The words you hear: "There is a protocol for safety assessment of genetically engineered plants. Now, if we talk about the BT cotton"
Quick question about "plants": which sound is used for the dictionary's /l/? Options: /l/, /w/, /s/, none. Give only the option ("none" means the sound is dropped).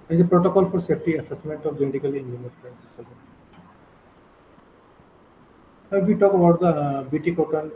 none